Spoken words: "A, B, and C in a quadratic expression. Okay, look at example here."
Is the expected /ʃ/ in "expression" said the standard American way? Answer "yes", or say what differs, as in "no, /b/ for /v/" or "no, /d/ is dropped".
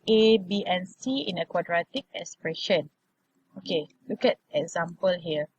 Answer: yes